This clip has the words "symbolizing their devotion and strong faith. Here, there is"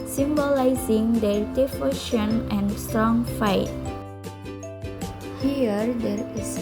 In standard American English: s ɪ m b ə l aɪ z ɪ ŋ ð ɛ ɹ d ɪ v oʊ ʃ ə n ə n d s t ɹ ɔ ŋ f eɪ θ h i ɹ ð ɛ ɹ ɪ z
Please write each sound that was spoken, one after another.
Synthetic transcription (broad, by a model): s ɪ m b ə l aɪ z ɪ ŋ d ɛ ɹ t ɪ f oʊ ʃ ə n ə n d s t ɹ ɔ ŋ f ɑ t h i ɹ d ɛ ɹ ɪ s